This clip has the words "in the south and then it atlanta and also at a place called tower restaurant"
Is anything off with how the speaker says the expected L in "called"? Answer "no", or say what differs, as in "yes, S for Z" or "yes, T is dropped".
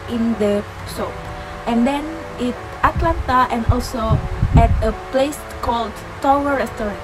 no